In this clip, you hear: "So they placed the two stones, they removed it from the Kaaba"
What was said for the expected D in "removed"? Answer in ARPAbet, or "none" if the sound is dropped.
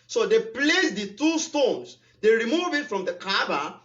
none